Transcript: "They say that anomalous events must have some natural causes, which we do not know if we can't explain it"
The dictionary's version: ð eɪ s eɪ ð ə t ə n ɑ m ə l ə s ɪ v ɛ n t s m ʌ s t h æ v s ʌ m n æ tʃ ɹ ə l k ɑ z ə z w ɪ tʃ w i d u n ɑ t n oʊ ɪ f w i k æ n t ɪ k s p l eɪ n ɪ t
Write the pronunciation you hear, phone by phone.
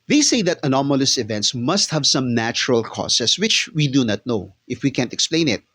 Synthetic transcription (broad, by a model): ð eɪ s eɪ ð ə t ə n ɑ m ə l ə s ɪ v ɛ n t s m ʌ s t h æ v s ʌ m n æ tʃ ɹ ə l k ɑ s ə s w ɪ tʃ w i d u n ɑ t n oʊ ɪ f w i k æ n t ɪ k s p l eɪ n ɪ t